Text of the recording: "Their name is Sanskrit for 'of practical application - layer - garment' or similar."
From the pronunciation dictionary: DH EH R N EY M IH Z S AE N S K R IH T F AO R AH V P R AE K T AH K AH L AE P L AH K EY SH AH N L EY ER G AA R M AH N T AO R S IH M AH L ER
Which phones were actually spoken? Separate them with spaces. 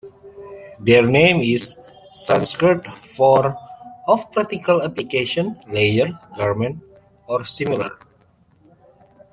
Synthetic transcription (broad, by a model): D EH R N EY M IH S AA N S K R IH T F AO R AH F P R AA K T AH K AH L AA P L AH K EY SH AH N L EY ER G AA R M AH N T AO R S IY M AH L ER